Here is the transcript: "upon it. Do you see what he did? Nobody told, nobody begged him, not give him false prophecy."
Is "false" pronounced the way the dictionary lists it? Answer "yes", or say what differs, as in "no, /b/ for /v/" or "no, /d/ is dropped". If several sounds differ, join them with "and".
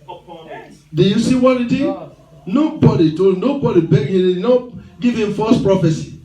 no, /l/ is dropped